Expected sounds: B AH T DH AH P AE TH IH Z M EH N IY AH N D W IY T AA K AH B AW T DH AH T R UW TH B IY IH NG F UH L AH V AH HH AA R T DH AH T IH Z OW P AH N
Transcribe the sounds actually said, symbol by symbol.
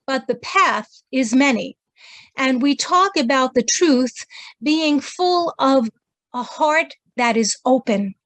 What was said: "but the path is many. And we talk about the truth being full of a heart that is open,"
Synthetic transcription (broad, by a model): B AH T DH AH P AE TH IH Z M EH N IY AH N W IY T AA K AH B AW T DH AH T R UW TH B IY IH NG F UH L AH V AH HH AA R T DH AH T IH Z OW P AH N